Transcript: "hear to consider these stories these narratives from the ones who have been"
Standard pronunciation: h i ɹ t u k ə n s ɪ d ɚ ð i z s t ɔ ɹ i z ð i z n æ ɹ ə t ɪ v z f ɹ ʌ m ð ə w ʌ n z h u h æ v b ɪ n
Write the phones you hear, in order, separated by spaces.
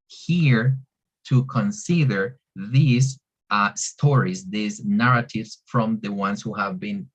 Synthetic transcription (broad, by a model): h i ɹ t u k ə n s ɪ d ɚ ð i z s t ɔ ɹ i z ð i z n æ ɹ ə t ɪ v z f ɹ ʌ m ð ə w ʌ n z h u h æ v b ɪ n